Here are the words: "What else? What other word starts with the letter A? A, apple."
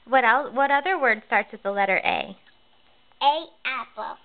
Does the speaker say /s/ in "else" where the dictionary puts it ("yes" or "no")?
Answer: no